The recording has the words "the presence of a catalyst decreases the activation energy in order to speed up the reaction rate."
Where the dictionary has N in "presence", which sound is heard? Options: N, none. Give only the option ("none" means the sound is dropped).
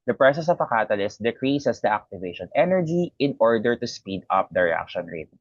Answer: none